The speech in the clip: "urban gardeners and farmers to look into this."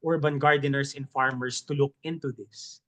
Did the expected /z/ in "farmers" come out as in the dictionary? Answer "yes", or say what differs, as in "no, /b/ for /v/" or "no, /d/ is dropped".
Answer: no, /s/ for /z/